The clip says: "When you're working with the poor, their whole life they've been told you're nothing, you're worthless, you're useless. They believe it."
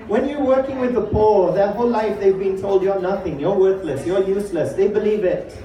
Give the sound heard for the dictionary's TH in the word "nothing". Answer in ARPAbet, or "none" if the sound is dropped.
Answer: TH